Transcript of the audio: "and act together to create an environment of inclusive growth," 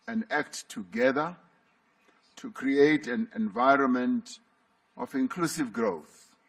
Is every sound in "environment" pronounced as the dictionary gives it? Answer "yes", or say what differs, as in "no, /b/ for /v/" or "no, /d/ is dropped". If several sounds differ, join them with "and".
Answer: yes